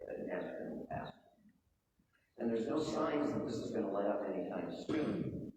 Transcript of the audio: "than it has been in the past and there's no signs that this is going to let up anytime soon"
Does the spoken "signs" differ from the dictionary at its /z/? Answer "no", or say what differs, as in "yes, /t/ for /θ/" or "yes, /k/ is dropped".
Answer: no